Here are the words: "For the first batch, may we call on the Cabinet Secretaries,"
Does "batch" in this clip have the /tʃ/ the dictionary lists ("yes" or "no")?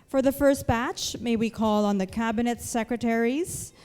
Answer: yes